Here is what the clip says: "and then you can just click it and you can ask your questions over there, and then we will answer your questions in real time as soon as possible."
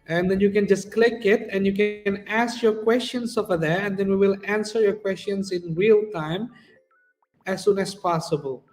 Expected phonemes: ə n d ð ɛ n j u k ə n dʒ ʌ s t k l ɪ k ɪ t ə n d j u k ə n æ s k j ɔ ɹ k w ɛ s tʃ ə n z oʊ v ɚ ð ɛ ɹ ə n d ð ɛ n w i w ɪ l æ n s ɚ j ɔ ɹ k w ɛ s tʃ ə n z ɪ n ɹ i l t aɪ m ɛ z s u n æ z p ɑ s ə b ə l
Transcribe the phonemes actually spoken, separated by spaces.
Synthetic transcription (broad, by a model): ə n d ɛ n j u k ə n dʒ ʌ s k l ɪ k ɪ t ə n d j u k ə n æ s k j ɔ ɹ k w ɛ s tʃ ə n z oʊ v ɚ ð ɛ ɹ ə n d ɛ n w i w ɪ l æ n s ɚ j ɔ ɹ k w ɛ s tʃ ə n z ɪ n ɹ i l t aɪ m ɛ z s u n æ s p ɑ s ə b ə l